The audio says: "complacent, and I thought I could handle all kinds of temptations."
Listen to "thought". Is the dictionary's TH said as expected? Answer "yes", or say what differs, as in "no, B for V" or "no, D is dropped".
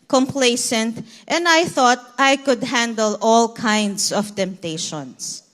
yes